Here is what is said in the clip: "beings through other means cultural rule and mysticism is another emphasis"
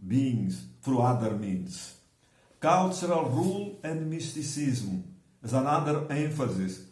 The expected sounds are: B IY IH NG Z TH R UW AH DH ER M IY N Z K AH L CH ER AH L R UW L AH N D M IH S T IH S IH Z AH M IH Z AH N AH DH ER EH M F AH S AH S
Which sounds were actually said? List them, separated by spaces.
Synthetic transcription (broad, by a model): B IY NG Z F R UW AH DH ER M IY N S K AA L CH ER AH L R UW L AH N D M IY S T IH S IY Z M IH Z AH N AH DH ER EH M F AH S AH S